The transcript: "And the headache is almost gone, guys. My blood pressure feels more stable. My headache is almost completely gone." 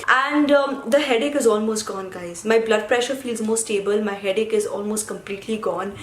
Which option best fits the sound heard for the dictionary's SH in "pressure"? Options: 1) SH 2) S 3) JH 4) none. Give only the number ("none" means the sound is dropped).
1